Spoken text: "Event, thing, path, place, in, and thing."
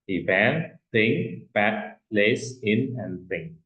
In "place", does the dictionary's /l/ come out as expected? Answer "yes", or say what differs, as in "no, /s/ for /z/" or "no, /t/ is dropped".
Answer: yes